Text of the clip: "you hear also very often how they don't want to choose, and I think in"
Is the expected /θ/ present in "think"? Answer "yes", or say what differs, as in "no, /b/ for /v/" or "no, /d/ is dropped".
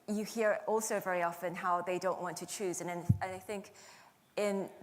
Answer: yes